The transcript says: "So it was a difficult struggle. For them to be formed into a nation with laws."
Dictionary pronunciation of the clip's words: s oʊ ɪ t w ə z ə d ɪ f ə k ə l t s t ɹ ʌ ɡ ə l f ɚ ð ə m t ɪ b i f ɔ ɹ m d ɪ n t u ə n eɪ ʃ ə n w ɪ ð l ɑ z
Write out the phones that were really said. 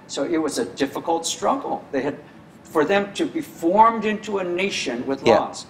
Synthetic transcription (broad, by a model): s oʊ ɪ t w ə z ə d ɪ f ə k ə l t s t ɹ ʌ ɡ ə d f ɚ ð ə m t ɪ b i f ɔ ɹ m d ɪ n t u ə n eɪ ʃ ə n w ɪ ð l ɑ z